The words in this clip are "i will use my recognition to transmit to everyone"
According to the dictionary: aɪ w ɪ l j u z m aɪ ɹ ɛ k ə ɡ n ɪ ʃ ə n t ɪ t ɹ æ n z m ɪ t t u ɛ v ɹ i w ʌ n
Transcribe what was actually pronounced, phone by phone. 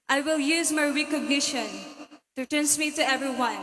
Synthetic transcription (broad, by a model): aɪ w ɪ l j u z m aɪ ɹ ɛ k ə ɡ n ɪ ʃ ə n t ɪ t æ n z m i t t u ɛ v ɹ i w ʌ n